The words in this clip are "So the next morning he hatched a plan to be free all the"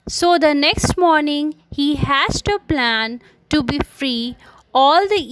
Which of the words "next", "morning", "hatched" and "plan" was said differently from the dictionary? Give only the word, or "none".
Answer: hatched